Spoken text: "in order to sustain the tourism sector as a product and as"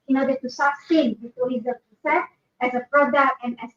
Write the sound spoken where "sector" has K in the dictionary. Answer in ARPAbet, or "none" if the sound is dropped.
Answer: none